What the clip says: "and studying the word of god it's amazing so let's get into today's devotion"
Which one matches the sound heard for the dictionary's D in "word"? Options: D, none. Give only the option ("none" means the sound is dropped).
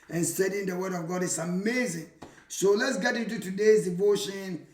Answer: D